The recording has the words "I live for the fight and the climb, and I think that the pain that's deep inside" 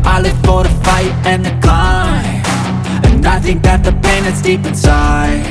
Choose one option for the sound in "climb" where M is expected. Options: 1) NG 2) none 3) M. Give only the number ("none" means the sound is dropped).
2